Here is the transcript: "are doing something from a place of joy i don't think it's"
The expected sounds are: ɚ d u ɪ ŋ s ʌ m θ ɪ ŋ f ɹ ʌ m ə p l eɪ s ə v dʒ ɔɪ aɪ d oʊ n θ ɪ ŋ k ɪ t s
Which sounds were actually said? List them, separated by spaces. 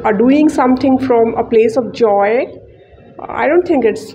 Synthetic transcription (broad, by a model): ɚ d u ɪ ŋ s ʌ m t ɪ ŋ f ɹ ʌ m ə p l eɪ s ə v dʒ ɔɪ aɪ d oʊ n t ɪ ŋ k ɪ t s